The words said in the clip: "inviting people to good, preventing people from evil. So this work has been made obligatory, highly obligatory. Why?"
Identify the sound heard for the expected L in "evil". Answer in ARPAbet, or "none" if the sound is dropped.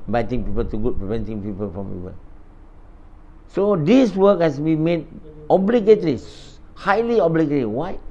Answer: N